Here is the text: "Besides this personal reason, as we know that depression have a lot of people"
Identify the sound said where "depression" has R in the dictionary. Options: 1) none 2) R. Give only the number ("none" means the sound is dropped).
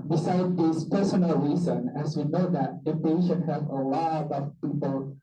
1